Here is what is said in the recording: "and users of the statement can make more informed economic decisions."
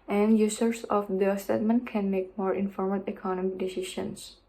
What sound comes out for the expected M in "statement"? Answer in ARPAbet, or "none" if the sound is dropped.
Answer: M